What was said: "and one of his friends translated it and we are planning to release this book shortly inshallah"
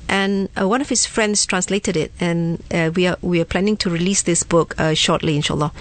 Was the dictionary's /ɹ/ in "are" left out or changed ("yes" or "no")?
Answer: yes